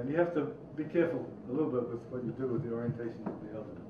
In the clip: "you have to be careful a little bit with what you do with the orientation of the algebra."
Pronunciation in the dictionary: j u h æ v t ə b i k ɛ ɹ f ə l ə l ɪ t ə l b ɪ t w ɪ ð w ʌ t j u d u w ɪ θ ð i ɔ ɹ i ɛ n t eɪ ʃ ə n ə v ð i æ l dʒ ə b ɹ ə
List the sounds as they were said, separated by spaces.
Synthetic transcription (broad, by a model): j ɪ h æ f t ə b i k ɛ ɹ f ə l ə l ɪ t l b ɪ t w ɪ ð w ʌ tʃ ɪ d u w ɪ ð i ɔ ɹ i ɛ n t eɪ ʃ ə n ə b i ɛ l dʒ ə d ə